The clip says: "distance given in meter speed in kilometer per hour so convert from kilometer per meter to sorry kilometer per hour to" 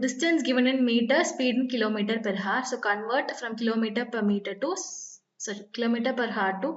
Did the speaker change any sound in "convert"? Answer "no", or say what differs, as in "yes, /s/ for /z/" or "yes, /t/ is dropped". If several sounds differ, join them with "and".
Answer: no